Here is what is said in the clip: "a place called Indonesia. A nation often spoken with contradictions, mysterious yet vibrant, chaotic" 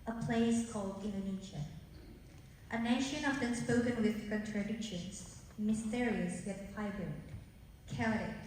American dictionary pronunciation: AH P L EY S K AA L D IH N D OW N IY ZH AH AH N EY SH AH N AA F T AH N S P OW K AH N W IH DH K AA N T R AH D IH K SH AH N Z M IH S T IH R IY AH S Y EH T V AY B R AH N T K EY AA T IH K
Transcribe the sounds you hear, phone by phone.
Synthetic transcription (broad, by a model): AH P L EY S K AA L D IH N D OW N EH SH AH AH N EY SH AH N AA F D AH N S P OW K AH N W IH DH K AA N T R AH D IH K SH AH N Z M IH S T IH R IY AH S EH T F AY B AH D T K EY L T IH